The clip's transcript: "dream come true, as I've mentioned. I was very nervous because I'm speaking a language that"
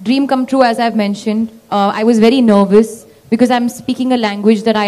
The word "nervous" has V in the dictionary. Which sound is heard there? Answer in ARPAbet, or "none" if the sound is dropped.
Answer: V